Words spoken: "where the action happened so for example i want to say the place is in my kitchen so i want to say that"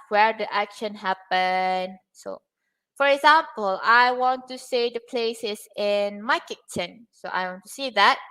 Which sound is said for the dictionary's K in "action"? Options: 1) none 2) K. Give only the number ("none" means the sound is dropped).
2